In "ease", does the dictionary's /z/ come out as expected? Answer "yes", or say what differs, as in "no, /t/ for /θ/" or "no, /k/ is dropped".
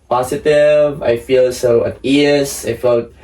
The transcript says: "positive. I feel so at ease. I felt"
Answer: no, /s/ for /z/